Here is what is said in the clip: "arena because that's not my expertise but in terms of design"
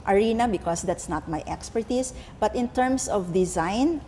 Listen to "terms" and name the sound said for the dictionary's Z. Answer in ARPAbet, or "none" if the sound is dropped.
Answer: S